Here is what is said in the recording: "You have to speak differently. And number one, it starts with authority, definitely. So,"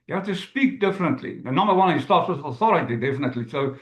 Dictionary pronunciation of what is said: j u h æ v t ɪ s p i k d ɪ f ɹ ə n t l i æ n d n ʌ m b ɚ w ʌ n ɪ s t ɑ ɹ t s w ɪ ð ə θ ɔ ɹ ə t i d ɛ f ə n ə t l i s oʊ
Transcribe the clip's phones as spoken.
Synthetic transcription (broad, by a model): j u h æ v t ɪ s p i k d ɪ f ɹ ə n t l i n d n ʌ m b ɚ w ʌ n ɪ s t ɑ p s w ɪ ð ə θ ɔ ɹ ə t i d ɛ f ə n ə t l i s oʊ